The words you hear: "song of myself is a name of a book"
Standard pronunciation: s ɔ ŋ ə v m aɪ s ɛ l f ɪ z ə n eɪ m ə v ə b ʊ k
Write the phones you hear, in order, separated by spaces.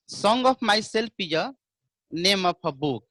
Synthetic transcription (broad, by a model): s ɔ ŋ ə p m aɪ s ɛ l p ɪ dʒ ə n eɪ m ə p ə b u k